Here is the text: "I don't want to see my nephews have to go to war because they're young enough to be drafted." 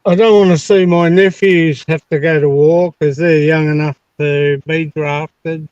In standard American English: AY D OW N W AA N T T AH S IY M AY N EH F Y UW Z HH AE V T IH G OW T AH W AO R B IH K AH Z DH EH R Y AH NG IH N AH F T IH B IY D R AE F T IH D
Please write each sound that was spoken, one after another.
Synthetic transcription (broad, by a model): AY D OW N W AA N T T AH S IY M AY N EH F Y UW Z HH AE F T IH G OW T AH W AO K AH Z DH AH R Y AH NG IH N AH F T IH B IY D R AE F T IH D